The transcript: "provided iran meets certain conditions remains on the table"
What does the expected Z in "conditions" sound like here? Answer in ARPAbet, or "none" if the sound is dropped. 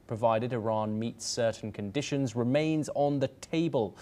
Z